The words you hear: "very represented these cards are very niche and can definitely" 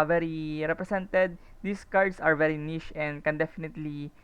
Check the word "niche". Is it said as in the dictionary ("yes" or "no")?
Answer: no